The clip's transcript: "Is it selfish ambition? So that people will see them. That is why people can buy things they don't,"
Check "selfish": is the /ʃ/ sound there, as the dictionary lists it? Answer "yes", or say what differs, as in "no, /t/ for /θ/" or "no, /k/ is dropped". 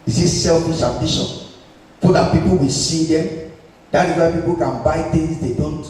no, /s/ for /ʃ/